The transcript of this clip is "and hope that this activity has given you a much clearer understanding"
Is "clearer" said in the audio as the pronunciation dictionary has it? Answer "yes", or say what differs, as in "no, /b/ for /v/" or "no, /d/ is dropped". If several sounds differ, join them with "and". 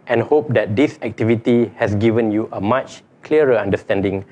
no, /ɹ/ is dropped